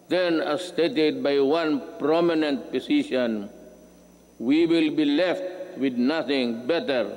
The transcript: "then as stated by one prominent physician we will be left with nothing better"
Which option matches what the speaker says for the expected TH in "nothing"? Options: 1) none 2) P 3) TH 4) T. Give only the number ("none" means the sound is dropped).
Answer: 4